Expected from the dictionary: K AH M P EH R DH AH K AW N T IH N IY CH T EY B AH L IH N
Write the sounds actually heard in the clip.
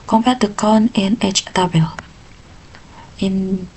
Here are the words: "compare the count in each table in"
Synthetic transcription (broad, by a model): K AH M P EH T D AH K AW N IH N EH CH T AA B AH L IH N